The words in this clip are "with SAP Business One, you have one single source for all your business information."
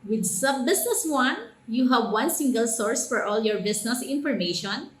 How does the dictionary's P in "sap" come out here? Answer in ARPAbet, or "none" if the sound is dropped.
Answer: B